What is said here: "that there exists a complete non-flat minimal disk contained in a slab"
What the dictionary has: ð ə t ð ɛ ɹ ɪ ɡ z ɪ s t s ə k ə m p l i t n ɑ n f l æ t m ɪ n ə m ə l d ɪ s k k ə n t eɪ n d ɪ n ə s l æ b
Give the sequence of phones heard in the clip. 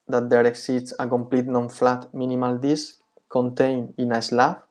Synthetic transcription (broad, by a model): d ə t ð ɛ ɹ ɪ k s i t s ə k ə m p l i t n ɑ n f l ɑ t m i n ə m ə l d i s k k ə n t eɪ n ɪ n ə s l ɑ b